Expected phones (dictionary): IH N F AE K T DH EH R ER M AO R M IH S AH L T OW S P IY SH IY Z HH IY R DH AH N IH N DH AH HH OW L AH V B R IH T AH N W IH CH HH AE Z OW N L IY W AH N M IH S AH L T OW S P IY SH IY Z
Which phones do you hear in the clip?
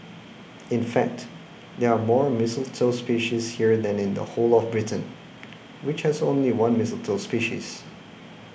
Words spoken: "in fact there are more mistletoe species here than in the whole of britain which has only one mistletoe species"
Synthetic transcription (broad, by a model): IH N F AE K T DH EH R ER M AO R M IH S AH L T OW S P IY SH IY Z HH IY R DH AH N IH N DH AH HH OW L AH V B R IH T AH N W IH CH HH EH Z OW N L IY W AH N M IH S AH L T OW S P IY SH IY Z